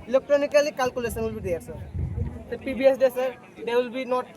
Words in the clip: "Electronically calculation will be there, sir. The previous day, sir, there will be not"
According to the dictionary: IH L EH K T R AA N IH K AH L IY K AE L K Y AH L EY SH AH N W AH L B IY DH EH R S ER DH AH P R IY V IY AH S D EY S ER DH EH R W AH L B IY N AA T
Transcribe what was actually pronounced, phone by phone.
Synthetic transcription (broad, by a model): L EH K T R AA N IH K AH L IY K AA L K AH L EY S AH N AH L B IY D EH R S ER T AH P IY B IY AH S D EY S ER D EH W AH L B IY N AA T